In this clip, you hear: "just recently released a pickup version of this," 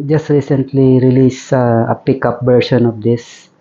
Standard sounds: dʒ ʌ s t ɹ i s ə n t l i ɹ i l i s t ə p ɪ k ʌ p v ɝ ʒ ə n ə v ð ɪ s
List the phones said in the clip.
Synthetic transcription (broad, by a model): dʒ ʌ s t ɹ i s ə n t l i ɹ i l i s ə p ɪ k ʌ p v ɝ ʃ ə n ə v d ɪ s